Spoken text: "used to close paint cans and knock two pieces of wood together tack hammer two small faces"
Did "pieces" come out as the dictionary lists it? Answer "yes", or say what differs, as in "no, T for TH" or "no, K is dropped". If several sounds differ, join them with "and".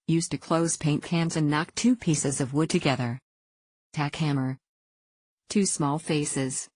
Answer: yes